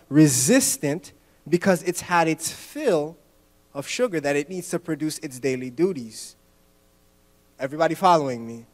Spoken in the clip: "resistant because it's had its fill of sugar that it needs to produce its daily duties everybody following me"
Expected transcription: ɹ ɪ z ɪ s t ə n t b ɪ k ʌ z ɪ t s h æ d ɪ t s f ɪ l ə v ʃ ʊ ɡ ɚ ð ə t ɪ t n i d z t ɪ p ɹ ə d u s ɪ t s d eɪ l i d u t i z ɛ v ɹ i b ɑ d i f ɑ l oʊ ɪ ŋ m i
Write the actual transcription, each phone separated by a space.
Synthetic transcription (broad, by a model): ɹ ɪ z ɪ s t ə n t b ɪ k ʌ z ɪ t s h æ d ɪ t s f ɪ l ə v ʃ ʊ ɡ ɚ ð ə t ɪ t n i d z t ɪ p ɹ ə d u s ɪ t s d eɪ l i d u t i z ɛ v ɹ i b ɑ d i f ɑ l oʊ ɪ ŋ m i